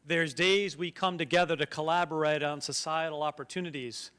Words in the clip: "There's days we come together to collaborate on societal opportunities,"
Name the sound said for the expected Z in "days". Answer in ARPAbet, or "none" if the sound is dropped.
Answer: Z